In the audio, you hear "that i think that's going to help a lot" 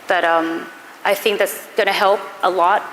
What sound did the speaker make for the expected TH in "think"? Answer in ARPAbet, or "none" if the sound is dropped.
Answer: TH